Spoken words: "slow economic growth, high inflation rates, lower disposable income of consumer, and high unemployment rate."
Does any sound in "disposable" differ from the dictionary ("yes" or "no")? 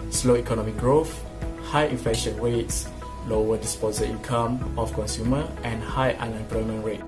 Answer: yes